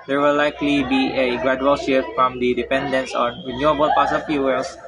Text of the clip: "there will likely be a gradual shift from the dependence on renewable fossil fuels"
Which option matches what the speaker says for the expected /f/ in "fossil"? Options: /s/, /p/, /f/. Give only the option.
/p/